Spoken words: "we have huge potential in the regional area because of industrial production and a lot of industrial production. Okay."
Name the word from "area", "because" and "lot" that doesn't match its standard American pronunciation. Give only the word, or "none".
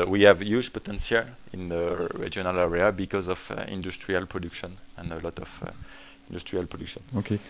none